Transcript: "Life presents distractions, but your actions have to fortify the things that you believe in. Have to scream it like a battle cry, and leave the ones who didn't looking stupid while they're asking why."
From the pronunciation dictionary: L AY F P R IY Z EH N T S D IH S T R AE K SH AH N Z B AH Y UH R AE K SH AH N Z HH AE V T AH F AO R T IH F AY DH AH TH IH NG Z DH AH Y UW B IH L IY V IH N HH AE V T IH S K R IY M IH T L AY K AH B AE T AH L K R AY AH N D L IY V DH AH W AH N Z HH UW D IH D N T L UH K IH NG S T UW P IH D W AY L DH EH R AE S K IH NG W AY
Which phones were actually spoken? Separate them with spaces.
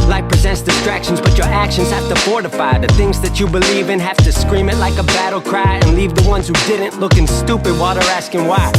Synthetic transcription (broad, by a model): L AY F P R IY Z EH N T S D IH S T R AE K SH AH N Z B AH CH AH R AE K SH AH N Z HH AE F T AH F AO R T IH F AY DH AH TH IH NG Z DH AH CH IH B IH L IY V IH N HH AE F T IH S K R IY M IH T L AY K AH B AE T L K R AY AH N L IY V DH AH W AH N Z HH UW D IH D N T L UH K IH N S T UW P IH D W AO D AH R AE S K IH NG W AY